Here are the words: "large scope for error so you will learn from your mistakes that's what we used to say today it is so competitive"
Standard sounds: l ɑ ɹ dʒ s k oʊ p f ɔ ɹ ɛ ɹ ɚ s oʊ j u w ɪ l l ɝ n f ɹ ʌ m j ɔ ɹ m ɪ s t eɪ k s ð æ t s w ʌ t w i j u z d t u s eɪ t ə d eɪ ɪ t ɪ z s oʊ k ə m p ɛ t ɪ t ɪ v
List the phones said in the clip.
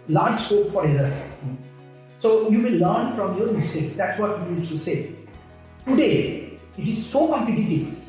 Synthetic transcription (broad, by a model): l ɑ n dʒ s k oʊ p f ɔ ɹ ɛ l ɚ s oʊ j u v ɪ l l ɝ n f ɹ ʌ m j ɔ ɹ m ɪ s t eɪ k s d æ t s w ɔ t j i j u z t u s eɪ t ə d eɪ ɪ t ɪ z s oʊ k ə m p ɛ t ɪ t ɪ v